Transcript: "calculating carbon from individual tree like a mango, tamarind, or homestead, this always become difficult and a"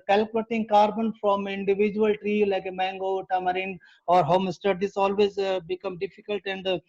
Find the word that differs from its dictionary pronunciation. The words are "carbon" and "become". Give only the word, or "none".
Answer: none